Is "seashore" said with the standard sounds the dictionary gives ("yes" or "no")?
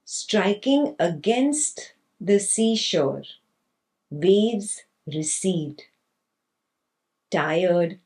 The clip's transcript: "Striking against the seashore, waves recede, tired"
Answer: yes